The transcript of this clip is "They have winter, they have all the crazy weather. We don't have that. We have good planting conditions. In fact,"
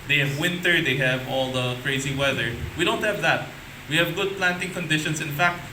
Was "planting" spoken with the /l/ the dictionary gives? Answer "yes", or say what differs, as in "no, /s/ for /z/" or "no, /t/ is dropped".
yes